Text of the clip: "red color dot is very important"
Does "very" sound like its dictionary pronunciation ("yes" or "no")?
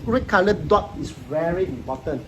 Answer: yes